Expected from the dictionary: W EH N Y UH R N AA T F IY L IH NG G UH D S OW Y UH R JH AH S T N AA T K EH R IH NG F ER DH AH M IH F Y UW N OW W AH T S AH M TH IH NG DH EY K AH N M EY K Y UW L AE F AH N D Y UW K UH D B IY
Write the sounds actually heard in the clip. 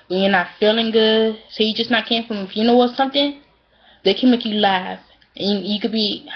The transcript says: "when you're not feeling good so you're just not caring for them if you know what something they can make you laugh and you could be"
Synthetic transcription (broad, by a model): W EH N Y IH N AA T F IY L IH NG G UH D S OW Y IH JH AH S N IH T K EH IH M F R AH M IH F Y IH N OW W AH T S AH M TH IH NG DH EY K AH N M EY K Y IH L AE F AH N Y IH K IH D B IY